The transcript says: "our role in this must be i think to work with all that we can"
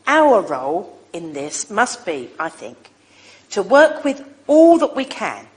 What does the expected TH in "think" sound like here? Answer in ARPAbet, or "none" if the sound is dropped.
TH